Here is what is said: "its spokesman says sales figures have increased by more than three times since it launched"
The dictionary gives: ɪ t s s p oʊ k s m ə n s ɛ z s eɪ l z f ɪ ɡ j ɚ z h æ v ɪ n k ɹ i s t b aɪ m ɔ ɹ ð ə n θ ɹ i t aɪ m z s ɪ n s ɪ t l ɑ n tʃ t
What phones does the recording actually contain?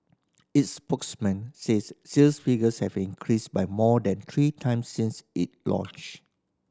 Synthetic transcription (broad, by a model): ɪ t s s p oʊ k s m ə n s ɛ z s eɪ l s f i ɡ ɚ s h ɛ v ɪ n k ɹ i s b aɪ m ɔ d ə n t ɹ i t aɪ m s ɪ n s ɪ t l ɑ n tʃ